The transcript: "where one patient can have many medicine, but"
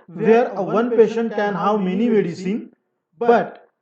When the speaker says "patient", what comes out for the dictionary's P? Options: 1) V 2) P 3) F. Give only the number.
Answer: 2